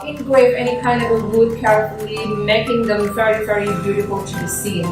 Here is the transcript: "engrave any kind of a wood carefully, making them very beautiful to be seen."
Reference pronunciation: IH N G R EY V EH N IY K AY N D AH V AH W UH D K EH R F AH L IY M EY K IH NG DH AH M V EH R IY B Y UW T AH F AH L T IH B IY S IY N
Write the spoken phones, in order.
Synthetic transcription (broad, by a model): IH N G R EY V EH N IY K AY N D AH V AH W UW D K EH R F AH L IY M EY K IH NG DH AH M V EH R IY B Y UW T AH F AH L T IH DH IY S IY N